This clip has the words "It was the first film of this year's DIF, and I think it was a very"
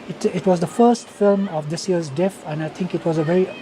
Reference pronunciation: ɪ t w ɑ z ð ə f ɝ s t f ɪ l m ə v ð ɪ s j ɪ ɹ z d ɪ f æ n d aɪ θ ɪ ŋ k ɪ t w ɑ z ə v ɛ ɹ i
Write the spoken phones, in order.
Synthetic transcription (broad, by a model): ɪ t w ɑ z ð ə f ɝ s t f ɪ l m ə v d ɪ s j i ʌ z d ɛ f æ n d aɪ t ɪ ŋ k ɪ t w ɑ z ə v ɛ ɹ i